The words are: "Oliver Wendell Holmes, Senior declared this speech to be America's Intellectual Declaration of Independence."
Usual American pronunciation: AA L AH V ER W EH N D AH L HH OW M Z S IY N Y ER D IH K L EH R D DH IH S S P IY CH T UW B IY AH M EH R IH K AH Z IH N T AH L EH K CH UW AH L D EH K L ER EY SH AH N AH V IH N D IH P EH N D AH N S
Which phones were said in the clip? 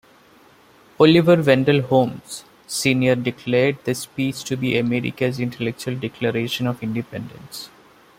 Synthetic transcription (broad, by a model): AA L AH V ER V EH N D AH L HH OW M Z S IY N Y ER D IH K L EH R D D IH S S P IY S T UW B IY AH M EH R IH K AH Z IH N T AH L EH K CH UW AH L D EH K L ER EY SH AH N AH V IH N D IH P EH N D AH N S